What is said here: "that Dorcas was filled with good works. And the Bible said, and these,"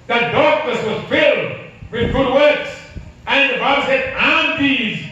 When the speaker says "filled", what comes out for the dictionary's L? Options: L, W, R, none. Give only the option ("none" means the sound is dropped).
L